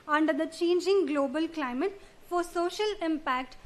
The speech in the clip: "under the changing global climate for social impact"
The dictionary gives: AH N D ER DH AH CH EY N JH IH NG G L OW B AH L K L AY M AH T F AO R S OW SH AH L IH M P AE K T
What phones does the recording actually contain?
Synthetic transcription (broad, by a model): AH N D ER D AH CH EY N JH IH NG G L OW B AH L K L AY M AH T F AO R S OW SH AH L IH M P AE K T